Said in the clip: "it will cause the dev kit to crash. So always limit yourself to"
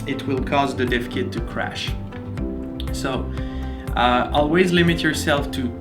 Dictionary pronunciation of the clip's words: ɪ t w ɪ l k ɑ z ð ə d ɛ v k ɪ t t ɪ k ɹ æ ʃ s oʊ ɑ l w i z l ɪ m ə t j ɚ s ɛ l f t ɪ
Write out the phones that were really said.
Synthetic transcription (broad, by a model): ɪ t w ɪ l k ɑ z ð ə d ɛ f k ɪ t t ɪ k ɹ æ ʃ s oʊ ɑ l w i z l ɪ m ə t j ɚ s ɛ l f t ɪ